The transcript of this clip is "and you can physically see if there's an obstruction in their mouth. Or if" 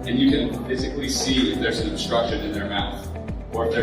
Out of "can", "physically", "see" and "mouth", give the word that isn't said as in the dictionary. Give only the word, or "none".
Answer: physically